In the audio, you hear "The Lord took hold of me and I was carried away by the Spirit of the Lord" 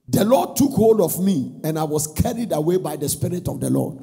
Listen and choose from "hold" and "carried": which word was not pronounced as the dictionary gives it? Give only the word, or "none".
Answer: none